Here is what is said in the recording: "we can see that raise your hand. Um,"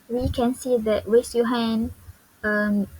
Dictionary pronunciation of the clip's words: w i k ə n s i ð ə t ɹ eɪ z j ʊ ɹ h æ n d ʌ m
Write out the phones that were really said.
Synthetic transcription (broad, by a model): w i k ə n s i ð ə t w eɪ s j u h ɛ n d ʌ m